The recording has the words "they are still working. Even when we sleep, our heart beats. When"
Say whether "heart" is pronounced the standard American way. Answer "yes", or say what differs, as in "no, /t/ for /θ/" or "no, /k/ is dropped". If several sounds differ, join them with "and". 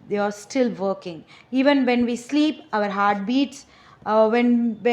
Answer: yes